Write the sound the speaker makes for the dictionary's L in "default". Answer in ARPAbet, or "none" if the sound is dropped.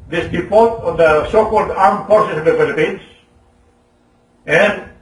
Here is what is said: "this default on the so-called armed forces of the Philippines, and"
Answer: none